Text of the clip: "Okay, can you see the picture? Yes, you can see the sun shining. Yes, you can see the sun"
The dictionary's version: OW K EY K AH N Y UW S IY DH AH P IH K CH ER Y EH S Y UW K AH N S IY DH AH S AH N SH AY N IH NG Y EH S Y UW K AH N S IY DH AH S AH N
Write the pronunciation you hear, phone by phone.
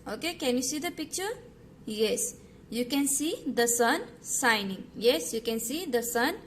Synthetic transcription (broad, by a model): OW K EY K AH N Y UW S IY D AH P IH K CH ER Y EH S Y UW K AH N S IY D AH S AH N S AY N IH NG Y EH S Y UW K AH N S IY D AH S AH N